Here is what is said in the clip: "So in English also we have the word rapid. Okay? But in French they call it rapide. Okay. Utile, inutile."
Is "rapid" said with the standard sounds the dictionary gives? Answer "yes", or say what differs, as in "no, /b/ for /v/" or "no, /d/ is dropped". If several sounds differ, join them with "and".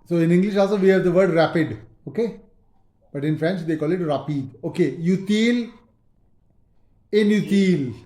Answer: yes